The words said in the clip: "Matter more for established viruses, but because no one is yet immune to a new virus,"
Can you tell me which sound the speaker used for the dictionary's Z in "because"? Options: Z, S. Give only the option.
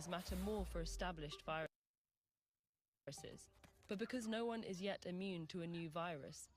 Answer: Z